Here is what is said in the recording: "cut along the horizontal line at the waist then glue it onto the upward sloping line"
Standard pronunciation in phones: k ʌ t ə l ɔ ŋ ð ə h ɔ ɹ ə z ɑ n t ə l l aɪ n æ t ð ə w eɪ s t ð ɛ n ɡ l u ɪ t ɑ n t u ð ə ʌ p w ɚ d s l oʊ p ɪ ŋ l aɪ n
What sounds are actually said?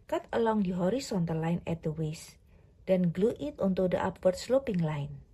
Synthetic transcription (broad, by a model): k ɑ t ə l ɔ ŋ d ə h ɔ ɹ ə s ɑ n t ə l l aɪ n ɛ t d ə w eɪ s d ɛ n ɡ l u ɪ t ɑ n t u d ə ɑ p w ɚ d s l oʊ p ɪ ŋ l aɪ n